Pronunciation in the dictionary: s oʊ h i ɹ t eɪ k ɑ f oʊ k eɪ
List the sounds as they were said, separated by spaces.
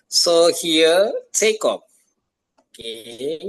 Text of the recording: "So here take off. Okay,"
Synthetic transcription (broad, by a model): s oʊ h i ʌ t eɪ k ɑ p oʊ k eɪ